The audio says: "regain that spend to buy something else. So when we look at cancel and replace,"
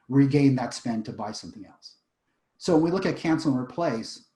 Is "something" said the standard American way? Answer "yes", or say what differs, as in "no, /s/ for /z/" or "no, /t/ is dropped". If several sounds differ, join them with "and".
yes